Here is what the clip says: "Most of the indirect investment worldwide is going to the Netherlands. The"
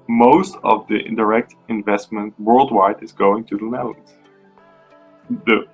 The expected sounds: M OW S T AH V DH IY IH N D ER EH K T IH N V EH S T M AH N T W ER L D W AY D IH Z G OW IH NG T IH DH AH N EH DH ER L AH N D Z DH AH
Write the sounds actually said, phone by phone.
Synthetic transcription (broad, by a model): M OW S T AH V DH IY IH N D ER EH K T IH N V EH S T M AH N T W ER L D W AY D IH Z G OW IH NG T IH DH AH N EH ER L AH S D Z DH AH